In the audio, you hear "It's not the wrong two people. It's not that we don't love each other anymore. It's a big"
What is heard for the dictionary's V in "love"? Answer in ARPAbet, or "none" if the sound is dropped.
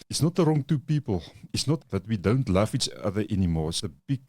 F